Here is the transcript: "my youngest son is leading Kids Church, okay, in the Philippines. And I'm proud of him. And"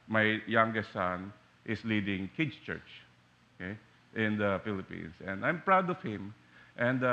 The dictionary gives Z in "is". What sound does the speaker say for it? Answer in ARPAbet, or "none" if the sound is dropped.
S